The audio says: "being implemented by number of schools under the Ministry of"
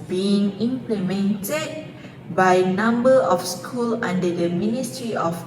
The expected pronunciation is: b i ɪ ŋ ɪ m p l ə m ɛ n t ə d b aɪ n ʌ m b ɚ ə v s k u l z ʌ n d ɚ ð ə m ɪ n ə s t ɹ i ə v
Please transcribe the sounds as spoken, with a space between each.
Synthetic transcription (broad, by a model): b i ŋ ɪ m p l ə m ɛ n t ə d b aɪ n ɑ m b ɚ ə f s k u l ɑ n d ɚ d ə m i n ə s t ɹ i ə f